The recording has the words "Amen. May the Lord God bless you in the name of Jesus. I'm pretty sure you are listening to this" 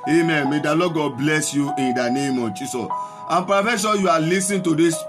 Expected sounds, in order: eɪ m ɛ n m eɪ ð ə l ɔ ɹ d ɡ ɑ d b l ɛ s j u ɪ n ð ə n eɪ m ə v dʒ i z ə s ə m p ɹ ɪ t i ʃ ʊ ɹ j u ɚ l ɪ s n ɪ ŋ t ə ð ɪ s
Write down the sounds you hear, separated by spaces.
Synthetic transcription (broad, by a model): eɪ m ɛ n m eɪ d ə l ɔ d ɡ ɑ d b l ɛ s j u ɪ n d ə n eɪ m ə dʒ i s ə s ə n p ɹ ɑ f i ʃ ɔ j u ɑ l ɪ s ɪ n t ə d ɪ s